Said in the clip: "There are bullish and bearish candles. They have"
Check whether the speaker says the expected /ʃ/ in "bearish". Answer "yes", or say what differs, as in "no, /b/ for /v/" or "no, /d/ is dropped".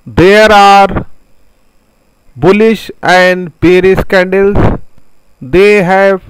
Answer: no, /s/ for /ʃ/